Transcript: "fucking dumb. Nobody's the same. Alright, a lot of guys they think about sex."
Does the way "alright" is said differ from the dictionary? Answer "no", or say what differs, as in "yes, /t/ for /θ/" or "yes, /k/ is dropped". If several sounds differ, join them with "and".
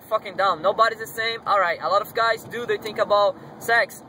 no